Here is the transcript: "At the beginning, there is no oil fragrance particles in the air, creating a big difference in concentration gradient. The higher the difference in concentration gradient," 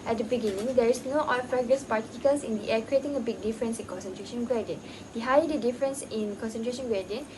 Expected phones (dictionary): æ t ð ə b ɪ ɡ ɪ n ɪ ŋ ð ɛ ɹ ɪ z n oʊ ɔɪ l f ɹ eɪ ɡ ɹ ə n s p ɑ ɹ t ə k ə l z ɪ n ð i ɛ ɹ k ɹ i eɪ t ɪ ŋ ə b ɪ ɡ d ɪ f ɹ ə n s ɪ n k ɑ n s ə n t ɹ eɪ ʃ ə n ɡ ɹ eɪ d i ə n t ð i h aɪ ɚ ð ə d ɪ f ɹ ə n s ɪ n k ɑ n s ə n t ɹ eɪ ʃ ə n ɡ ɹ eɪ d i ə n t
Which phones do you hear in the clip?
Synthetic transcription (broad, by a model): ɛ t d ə b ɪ ɡ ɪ n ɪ ŋ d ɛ ɹ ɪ s n oʊ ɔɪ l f ɹ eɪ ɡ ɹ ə s p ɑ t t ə k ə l s ɪ n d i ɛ k ɹ i eɪ t ɪ ŋ ə b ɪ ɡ d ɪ f ɹ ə n s ɪ n k ɑ n s ə n t ɹ eɪ ʃ ə n ɡ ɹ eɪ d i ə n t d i h aɪ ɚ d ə d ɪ f ɹ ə n s ɪ n k ɑ n s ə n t ɹ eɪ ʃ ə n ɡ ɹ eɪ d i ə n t